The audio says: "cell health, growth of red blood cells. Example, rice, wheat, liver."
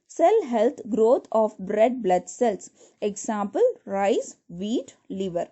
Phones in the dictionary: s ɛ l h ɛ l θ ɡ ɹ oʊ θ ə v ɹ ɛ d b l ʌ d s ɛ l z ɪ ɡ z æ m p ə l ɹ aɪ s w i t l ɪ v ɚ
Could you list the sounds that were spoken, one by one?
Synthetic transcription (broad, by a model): s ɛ l h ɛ l t ɡ ɹ oʊ t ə b ɹ ɛ d b l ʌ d s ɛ l s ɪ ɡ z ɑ m p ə l ɹ aɪ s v i t l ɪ v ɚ